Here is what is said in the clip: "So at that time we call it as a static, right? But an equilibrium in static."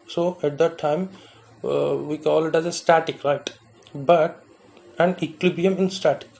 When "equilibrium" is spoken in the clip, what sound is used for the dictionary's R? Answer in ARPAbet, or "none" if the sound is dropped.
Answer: none